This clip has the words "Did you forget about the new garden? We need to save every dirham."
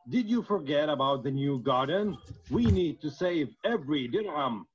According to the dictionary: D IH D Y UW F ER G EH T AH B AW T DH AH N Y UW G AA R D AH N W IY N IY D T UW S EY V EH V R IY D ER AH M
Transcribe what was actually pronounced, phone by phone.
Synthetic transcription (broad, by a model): D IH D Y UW F ER G EH T AH B AW T DH AH N Y UW G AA R D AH N W IY N IY D T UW S EY V EH V R IY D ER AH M